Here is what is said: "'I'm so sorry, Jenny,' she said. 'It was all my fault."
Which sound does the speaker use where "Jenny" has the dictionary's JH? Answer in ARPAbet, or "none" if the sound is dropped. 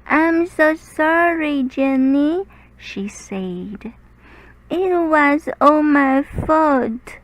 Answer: JH